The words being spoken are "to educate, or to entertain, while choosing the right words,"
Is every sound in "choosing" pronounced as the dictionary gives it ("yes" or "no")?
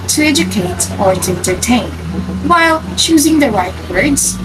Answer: yes